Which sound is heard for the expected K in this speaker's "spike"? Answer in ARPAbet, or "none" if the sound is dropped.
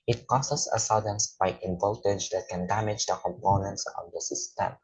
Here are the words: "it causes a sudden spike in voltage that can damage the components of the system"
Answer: none